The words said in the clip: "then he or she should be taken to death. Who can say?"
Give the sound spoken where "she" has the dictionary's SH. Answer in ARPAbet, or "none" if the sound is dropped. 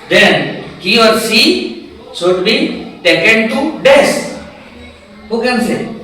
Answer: S